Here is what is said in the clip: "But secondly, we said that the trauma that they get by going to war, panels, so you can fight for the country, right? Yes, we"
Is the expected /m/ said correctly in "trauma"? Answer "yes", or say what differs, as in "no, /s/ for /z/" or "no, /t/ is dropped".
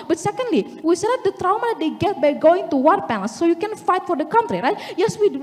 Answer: no, /m/ is dropped